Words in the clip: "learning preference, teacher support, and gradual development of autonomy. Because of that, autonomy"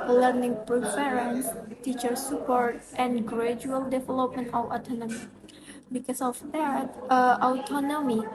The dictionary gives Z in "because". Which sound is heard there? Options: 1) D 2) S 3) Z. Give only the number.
2